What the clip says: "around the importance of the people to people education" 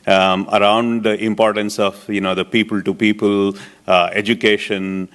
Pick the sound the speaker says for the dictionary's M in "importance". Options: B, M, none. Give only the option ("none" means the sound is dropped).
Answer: M